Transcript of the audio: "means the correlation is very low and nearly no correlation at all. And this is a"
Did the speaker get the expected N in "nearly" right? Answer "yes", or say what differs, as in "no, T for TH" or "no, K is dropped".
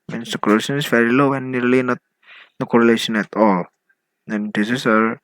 no, L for N